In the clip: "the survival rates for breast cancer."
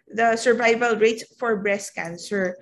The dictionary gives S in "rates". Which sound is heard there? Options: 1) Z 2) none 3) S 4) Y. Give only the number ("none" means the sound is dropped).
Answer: 2